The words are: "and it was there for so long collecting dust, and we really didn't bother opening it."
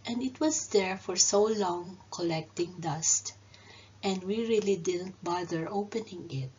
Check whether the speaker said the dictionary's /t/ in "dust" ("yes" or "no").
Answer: yes